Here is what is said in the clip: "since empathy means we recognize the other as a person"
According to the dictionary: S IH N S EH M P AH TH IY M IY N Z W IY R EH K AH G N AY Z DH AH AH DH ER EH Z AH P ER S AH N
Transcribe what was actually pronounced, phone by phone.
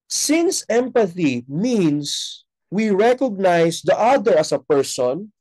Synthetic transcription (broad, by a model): S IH N S EH M P AH TH IY M IY N S W IY R EH K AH G N AY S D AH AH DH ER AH S AH P ER S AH N